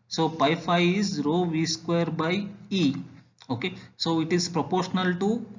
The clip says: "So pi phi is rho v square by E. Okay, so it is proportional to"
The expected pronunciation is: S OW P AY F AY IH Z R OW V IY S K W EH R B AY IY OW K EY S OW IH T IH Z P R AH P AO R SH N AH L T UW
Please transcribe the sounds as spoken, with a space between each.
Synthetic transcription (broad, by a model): S OW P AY F AY IH Z R OW V IY S K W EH R B AY IY OW K EY S OW IH T IH Z P R AH P AO R SH N AH L T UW